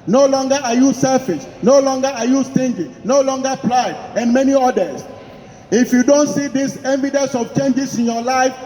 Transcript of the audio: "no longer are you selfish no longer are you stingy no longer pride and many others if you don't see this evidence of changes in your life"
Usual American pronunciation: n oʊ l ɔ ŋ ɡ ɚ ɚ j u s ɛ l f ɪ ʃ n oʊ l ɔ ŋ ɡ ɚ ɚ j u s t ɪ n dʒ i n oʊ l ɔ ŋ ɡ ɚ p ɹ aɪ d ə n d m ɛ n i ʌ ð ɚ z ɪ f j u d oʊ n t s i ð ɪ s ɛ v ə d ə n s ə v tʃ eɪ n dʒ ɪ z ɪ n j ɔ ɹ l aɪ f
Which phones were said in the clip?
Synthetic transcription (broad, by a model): n oʊ l ɔ ŋ ɡ ɚ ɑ j u s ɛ l f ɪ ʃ n oʊ l ɔ ŋ ɡ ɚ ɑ j u s t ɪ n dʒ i n oʊ l ɔ ŋ ɡ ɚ p l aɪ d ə n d m ɛ n i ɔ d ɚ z ɪ f j u d oʊ n t s i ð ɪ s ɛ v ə d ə n s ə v tʃ eɪ n dʒ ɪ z ɪ n j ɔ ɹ l aɪ f